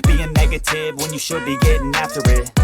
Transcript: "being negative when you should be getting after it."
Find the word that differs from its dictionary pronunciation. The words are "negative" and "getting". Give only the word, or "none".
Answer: none